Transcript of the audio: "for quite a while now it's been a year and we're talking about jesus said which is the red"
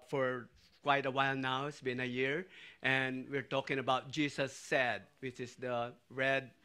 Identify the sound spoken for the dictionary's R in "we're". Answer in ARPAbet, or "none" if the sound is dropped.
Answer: R